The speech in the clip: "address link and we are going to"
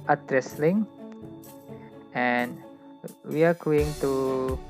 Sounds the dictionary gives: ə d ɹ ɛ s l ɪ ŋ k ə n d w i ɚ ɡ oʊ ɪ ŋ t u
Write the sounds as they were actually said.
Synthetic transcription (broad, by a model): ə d ɹ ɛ s l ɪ ŋ ə n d w i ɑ ɡ oʊ ɪ ŋ t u